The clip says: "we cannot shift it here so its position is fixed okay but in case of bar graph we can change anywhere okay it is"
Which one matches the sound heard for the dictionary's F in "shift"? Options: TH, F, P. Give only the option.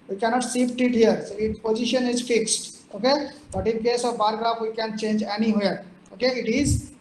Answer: P